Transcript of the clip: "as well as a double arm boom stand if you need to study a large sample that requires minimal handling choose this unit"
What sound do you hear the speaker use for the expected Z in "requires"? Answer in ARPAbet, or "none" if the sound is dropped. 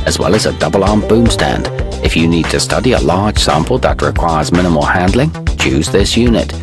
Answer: Z